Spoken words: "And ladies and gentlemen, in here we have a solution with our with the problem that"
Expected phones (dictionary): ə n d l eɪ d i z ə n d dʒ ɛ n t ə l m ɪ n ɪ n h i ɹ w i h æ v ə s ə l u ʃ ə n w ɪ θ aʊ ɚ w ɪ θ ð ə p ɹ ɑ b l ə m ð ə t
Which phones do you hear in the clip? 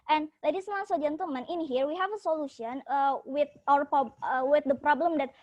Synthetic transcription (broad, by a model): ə n l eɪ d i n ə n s dʒ ɛ n t ə l m ɪ n ɪ n h i ɹ w i h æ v ə s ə l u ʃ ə n w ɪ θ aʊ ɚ w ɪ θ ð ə p ɹ ɑ b l ə m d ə t